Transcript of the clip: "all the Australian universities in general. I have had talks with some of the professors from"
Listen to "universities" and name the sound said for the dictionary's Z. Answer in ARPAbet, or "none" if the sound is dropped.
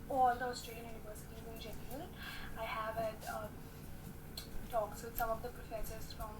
none